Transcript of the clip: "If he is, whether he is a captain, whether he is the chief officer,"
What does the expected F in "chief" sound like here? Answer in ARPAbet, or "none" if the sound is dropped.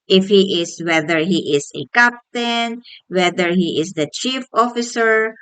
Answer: F